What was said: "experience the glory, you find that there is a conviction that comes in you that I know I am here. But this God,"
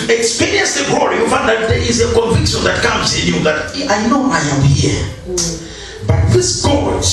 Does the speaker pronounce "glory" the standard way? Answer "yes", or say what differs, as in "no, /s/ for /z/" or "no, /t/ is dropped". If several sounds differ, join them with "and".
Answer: no, /l/ is dropped